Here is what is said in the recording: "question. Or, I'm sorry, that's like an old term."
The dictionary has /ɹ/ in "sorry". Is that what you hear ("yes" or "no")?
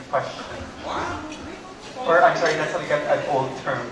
no